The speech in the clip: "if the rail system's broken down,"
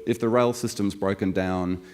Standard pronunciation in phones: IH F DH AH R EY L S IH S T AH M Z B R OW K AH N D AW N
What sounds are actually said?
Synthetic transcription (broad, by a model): IH F DH AH R EY L S IH S T AH M Z B R OW K AH N D AW N